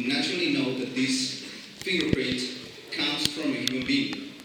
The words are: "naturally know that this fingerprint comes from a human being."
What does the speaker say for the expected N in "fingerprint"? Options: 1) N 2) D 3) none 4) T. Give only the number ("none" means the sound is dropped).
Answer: 3